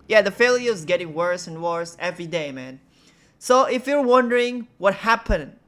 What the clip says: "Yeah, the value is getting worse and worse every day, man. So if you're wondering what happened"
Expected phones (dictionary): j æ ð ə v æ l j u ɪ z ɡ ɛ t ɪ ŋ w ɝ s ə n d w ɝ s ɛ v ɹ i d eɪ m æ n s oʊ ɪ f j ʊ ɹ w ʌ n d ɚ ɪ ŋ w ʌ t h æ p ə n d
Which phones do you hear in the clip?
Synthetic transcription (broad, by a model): j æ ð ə f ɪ l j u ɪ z ɡ ɛ t ɪ ŋ w ɝ s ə n w ɝ s ɛ v ɹ i d eɪ m æ n s oʊ ɪ f j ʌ ɹ w ʌ n d ɚ ɪ ŋ w ʌ t h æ p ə n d